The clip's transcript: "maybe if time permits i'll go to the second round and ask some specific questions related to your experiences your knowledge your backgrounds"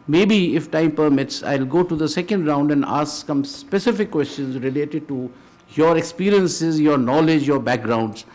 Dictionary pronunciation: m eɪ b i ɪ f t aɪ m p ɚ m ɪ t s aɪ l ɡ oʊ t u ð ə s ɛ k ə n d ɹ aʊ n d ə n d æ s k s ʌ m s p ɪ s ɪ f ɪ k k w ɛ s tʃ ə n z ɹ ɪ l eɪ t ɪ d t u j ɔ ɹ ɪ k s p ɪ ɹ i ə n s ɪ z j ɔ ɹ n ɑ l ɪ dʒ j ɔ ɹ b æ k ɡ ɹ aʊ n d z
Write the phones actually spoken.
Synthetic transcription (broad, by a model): m eɪ b i ɪ f t aɪ m p ɚ m ɪ t s aɪ l ɡ oʊ t u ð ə s ɛ k ə n d ɹ aʊ n d ə n d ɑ s k s ʌ m s p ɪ s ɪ f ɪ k k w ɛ s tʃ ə n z ɹ ɪ l eɪ t ɪ d t u j ɔ ɹ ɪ k s p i ɹ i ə n s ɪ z j ɔ ɹ n ɑ l ɪ dʒ j ɔ ɹ b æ k ɡ ɹ aʊ n d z